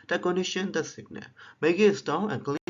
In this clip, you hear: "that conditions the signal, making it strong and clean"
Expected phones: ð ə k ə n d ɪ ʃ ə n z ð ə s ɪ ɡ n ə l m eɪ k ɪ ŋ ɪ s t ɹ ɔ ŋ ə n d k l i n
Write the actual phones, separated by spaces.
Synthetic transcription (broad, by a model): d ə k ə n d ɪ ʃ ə n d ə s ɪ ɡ n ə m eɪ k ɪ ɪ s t ɔ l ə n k l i